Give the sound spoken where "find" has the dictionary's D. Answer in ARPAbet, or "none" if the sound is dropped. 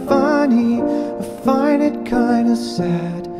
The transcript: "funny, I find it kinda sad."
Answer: none